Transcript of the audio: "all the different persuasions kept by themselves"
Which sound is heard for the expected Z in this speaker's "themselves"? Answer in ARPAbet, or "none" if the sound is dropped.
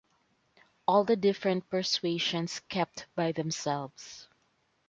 S